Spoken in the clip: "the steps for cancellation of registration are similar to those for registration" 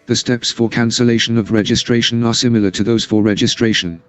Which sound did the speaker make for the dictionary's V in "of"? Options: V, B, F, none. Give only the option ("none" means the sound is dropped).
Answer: V